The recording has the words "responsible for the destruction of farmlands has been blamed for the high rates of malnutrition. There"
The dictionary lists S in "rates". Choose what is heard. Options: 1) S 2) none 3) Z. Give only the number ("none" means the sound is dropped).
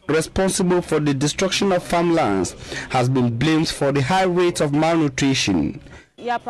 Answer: 2